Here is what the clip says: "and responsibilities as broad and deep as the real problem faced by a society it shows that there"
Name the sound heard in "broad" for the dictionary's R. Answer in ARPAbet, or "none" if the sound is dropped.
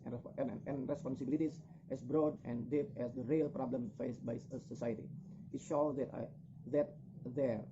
R